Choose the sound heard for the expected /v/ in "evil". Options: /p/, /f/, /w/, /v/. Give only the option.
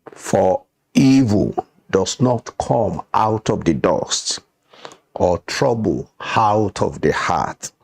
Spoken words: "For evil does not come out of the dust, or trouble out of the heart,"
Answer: /v/